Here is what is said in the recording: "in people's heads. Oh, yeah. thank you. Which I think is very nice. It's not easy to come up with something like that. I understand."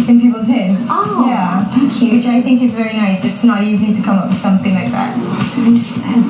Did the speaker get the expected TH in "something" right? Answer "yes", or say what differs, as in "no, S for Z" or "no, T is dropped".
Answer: yes